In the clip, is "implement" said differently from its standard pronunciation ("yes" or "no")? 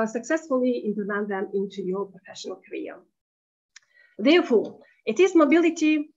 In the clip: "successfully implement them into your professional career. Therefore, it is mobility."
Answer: yes